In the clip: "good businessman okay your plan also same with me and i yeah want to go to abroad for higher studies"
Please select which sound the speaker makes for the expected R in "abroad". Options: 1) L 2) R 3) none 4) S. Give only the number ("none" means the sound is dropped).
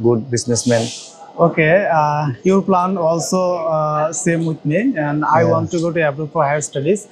3